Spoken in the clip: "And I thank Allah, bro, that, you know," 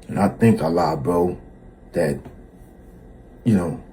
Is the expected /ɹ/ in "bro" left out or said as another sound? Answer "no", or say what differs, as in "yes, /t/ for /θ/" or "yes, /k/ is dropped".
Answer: yes, /ɹ/ is dropped